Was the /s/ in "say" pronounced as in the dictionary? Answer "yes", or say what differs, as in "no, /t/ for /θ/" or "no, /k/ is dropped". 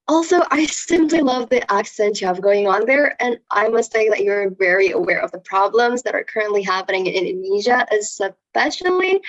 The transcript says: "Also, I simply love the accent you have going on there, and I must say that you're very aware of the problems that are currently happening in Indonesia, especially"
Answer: no, /θ/ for /s/